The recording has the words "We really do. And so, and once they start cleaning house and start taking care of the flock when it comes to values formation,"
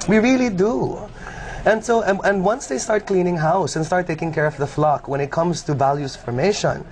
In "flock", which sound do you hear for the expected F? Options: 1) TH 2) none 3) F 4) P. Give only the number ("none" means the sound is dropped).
3